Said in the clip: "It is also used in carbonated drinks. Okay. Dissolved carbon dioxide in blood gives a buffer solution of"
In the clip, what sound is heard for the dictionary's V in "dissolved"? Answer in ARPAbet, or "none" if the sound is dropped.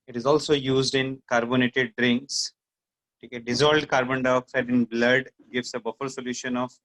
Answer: none